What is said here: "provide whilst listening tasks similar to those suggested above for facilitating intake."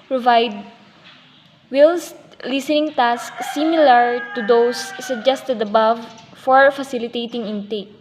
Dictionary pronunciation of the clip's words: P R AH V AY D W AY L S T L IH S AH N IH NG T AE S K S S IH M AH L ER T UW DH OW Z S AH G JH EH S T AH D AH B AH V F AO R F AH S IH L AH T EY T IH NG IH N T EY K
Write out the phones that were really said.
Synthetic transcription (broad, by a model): P R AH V AY D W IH L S L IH S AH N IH NG T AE S K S S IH M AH L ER T UW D OW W S AH G JH EH S T AH D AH B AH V F AO R F AH S IH L AH T EY T IH NG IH N T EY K